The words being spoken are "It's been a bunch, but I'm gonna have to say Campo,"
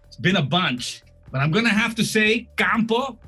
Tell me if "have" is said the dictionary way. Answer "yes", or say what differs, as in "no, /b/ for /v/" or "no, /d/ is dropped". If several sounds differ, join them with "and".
no, /f/ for /v/